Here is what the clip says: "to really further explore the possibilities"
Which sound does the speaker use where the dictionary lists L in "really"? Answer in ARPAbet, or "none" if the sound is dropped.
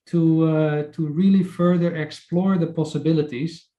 L